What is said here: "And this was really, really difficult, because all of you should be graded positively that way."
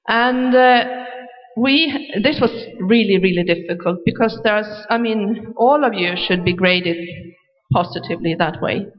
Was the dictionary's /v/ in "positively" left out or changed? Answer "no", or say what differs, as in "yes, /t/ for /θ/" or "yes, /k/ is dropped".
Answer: no